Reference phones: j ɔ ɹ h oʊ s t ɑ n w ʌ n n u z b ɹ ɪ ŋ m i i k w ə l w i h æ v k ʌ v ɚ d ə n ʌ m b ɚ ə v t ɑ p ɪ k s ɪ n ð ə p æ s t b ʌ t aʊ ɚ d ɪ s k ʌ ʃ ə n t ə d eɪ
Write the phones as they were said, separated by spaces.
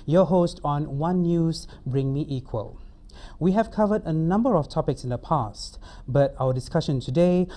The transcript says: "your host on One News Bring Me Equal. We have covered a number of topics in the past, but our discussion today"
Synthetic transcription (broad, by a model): j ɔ h oʊ s t ɑ n w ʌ n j u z b ɹ ɪ ŋ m i i k w ə l w i h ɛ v k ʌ v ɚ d ə n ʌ m b ɚ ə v t ɑ p ɪ k s ɪ n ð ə p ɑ s t b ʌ t aʊ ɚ d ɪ s k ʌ ʃ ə n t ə d eɪ